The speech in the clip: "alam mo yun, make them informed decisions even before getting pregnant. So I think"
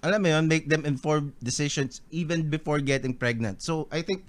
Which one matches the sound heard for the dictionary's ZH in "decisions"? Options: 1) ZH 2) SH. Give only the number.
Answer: 2